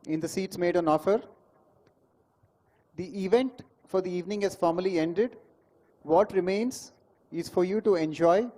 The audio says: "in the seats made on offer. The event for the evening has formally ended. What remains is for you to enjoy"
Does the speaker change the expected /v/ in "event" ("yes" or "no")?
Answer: no